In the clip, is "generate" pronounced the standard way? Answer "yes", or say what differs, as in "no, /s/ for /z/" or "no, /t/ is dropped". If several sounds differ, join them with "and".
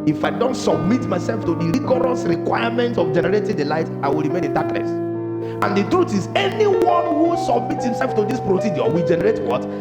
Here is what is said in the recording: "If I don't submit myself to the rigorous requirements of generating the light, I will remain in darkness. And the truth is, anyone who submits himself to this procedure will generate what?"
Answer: yes